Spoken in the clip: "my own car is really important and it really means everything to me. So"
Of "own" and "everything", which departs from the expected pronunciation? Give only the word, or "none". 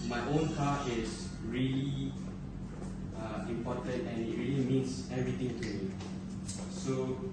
everything